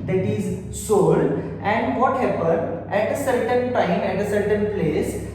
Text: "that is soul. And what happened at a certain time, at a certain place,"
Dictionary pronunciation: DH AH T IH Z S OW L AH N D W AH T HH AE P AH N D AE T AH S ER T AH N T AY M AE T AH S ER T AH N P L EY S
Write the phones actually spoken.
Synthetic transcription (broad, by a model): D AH T IH Z S OW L AH N D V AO T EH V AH D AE T AH S ER T AH N T AY M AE T AH S ER T AH N P L EY S